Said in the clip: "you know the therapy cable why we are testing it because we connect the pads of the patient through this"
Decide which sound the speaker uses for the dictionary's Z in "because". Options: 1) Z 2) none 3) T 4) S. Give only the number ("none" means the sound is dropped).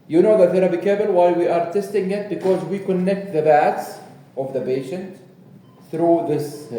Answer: 1